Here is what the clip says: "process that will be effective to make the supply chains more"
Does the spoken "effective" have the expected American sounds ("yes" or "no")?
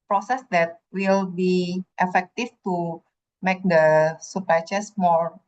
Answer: no